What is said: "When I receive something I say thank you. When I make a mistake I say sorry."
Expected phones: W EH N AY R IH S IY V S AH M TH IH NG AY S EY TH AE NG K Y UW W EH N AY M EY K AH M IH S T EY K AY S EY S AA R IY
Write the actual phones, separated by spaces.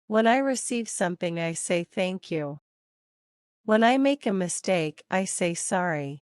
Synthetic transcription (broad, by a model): W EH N AY R IH S IY V S AH M TH IH NG AY S EY TH AE NG K Y UW W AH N AY M EY K AH M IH S T EY K AY S EY S AA R IY